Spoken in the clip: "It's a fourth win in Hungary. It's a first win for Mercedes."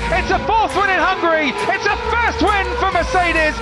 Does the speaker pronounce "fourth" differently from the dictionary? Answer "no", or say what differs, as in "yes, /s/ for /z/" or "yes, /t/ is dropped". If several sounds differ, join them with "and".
no